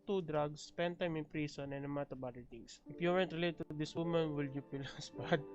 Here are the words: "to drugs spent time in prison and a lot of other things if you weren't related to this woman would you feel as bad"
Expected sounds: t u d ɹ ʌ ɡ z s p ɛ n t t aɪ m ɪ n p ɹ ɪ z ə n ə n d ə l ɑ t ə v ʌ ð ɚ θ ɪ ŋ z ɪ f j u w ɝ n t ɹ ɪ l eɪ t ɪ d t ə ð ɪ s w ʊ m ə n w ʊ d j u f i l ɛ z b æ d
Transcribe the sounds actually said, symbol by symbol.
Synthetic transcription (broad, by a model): t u d ɹ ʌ ɡ s p ɛ n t t aɪ m ɪ n p ɹ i s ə n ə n ə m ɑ t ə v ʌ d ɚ t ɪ ŋ s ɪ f j u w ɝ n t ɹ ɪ l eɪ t t ə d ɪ s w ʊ m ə n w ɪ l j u p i l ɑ s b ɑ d